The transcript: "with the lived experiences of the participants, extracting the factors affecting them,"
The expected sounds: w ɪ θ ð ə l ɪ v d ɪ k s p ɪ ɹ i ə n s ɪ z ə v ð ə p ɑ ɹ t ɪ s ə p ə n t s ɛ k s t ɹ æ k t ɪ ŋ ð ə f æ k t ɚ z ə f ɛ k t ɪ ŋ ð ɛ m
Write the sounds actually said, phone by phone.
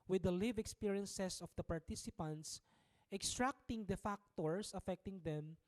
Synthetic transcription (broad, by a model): w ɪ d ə l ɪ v ɪ k s p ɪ ɹ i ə n s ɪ s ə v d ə p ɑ ɹ t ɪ s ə p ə n t s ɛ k s t ɹ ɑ k t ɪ ŋ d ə f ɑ k t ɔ s ə f ɛ k t ɪ ŋ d ɛ m